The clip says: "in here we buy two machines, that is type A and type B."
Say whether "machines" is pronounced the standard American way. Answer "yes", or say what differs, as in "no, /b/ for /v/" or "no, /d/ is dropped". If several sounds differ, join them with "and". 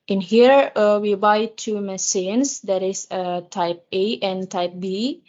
no, /s/ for /ʃ/